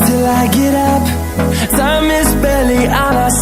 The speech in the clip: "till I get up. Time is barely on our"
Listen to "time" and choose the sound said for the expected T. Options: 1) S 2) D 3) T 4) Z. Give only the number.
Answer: 1